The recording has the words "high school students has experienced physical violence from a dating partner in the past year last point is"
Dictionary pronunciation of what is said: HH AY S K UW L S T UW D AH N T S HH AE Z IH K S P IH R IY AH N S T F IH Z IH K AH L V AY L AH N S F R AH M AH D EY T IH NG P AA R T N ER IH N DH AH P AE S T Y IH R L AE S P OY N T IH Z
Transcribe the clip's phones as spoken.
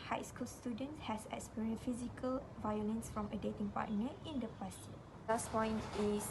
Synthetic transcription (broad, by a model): HH AY S K UW L S T UW D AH N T S HH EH S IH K S P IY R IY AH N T F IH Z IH K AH L V AY L AH N S F R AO M AH D EY T IH NG P AA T N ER IH N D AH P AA S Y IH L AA S P OY N T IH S